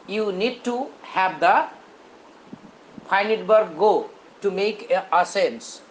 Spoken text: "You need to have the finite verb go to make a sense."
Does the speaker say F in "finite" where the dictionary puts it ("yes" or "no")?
no